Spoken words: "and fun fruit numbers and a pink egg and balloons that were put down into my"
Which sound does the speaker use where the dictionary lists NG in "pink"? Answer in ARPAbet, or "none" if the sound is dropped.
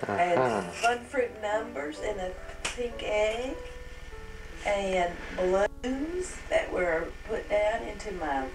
NG